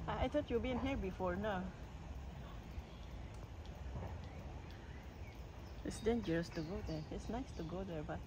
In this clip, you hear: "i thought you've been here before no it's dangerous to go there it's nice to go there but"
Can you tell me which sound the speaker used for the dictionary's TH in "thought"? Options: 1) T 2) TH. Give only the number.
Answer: 1